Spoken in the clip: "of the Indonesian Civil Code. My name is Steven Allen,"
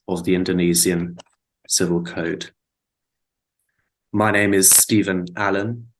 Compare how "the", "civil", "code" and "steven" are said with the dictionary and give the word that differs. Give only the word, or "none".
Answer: none